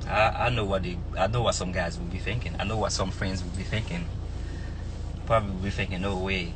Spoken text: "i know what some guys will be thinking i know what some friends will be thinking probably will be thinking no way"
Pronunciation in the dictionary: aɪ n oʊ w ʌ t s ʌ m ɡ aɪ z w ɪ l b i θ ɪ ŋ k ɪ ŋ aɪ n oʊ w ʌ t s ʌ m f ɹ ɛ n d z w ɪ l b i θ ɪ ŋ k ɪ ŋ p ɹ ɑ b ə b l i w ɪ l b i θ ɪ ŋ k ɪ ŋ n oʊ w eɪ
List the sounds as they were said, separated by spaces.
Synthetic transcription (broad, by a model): aɪ n oʊ w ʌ t s ʌ m ɡ aɪ z w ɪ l b i θ ɪ ŋ k ɪ ŋ aɪ n oʊ w ʌ t s ʌ m f ɹ ɛ n d z w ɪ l b i θ ɪ ŋ k ɪ ŋ p ɹ ɑ b ə b l i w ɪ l b i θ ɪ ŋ k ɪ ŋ n oʊ w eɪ